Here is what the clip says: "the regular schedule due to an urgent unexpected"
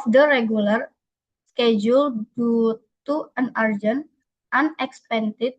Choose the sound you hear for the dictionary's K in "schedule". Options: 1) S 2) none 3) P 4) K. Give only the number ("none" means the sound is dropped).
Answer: 4